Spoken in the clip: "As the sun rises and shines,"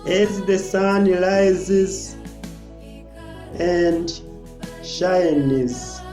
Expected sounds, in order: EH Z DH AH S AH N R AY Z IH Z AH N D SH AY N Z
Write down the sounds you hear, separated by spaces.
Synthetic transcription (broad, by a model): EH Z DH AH S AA N L AY Z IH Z AH N D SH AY N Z